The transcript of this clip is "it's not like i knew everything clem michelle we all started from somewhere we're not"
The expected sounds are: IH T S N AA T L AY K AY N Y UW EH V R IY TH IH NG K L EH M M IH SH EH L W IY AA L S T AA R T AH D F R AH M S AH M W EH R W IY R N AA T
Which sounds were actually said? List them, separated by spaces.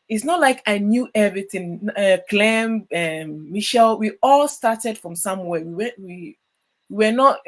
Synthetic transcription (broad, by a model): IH T S N AA T L AY K AY N Y UW EH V R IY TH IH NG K L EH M M IH SH EH L W IY AA L S T AA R T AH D F R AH M S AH M W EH W W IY W N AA T